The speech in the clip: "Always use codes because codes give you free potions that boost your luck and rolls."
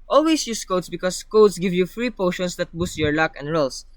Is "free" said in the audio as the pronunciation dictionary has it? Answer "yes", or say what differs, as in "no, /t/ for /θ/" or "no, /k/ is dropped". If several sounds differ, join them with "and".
yes